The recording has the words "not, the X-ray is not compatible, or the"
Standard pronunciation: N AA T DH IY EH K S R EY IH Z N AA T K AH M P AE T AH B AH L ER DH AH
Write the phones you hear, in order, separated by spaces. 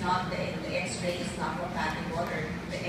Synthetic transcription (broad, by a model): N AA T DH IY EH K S R EY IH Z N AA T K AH P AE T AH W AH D ER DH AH